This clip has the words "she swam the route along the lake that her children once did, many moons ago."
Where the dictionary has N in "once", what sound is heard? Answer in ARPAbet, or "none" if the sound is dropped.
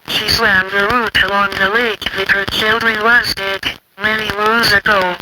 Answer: none